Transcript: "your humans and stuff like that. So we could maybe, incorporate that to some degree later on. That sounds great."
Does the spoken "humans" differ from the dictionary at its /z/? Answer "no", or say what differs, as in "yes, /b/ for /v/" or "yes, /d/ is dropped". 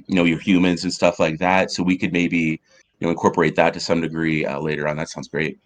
no